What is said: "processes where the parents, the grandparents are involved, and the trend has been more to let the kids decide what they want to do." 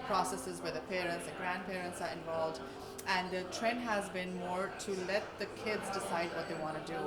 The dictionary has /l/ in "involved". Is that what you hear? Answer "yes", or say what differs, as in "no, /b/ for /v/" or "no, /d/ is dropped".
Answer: yes